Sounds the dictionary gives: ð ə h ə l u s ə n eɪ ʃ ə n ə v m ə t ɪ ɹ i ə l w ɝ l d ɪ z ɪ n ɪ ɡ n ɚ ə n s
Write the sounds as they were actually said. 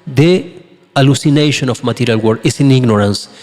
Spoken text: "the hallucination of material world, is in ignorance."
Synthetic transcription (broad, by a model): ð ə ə l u s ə n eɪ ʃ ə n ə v m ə t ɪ ɹ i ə l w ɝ d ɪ s ɪ n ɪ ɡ n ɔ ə n s